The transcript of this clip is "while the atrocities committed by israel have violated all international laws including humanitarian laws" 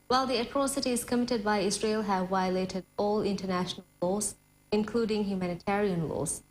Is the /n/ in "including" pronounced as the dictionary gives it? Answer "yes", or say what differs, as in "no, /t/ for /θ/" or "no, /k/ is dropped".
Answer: yes